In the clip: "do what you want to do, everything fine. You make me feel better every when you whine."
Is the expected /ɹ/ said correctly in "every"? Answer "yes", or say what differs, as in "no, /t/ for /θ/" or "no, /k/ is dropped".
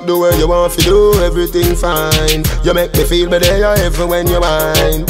no, /ɹ/ is dropped